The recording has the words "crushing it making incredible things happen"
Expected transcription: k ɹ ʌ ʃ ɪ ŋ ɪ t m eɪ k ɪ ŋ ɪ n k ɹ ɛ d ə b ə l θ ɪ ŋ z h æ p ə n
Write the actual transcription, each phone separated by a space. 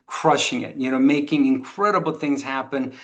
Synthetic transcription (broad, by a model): k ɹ ʌ ʃ ɪ ŋ ɪ t m eɪ k ɪ ŋ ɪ n k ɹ ɛ d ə b l θ ɪ ŋ z h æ p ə n